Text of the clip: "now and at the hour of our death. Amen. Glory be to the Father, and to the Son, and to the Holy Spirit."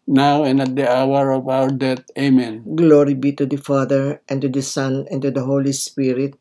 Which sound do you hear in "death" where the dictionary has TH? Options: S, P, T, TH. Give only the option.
T